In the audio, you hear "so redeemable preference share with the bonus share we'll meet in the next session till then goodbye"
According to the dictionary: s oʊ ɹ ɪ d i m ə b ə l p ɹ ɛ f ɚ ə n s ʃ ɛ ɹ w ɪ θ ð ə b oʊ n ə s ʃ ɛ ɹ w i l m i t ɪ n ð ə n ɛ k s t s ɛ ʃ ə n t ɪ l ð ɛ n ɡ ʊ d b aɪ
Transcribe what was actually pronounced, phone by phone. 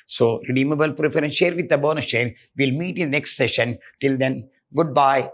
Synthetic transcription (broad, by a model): s oʊ ɹ ɪ d i m ə b ə l p ɹ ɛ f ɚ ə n ʃ ɛ ɹ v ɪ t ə b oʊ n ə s ʃ ɛ ɹ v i l m i t ɪ n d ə n ɛ k s t s ɛ ʃ ə n t ɪ l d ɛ n ɡ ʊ d b aɪ